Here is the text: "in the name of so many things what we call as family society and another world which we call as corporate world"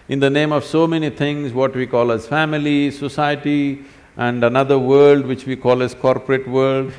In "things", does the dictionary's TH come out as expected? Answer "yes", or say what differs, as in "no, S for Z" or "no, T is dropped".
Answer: no, T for TH